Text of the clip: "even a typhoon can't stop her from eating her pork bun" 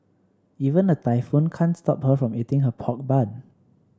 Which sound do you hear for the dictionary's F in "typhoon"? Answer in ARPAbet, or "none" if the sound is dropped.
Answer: F